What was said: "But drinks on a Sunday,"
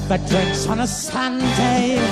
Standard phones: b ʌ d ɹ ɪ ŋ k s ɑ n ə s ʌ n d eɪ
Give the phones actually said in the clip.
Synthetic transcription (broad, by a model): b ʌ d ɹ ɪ k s n ə s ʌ n d eɪ